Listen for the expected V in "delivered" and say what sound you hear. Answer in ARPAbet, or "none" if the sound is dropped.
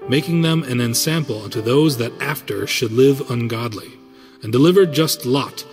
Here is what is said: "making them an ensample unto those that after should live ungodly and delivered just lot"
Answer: V